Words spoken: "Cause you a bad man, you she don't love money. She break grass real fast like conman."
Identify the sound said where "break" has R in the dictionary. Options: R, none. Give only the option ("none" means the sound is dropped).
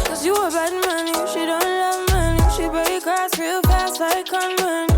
none